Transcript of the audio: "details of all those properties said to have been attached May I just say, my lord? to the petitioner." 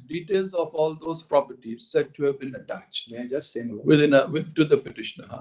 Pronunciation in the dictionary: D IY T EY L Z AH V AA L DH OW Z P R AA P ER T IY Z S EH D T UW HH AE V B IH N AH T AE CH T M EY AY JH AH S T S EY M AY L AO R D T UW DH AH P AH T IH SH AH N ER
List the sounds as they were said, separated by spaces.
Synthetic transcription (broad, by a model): D IY T EY L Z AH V AA L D OW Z P R AA P ER T IY Z S EH D T UW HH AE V B IH N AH T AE CH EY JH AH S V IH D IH N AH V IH T UW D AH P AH T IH SH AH N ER